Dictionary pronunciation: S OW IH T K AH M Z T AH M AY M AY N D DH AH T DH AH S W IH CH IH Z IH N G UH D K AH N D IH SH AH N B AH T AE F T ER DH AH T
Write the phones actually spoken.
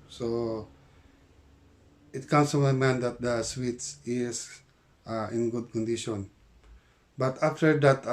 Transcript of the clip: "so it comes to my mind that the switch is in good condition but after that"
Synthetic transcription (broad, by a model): S OW IH T K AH M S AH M M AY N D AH T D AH S W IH S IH S IH N G UH D K AH N D IH SH AH N B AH T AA F T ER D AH T